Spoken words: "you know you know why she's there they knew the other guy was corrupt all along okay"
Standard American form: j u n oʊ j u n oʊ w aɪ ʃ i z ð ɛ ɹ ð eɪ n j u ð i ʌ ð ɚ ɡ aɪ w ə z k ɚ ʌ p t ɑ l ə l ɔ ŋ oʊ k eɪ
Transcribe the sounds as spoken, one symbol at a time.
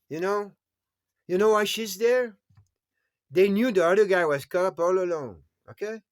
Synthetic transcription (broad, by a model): j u n oʊ j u n oʊ w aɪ ʃ i z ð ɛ ɹ ð eɪ n j u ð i ʌ ð ɚ ɡ aɪ w ə z k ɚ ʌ p ɑ l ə l ɔ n oʊ k eɪ